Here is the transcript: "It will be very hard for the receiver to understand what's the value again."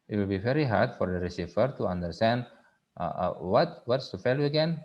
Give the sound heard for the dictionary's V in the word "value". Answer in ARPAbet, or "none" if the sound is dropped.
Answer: F